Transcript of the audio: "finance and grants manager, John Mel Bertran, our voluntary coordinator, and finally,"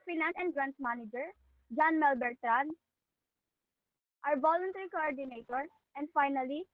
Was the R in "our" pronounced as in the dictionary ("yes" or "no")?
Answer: yes